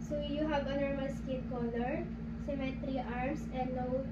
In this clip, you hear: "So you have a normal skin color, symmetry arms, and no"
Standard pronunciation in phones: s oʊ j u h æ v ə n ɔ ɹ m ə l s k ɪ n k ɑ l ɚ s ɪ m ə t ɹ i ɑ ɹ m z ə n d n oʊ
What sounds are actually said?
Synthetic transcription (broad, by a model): s oʊ j u h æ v ə n ɔ ɹ m ə l s k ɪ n k ɑ l ɚ s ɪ m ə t ɹ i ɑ ɹ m s ə n d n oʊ